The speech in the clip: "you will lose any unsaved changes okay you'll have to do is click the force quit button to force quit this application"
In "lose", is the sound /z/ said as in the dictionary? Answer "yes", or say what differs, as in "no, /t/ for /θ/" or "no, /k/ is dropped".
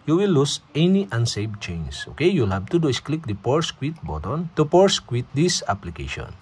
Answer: no, /s/ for /z/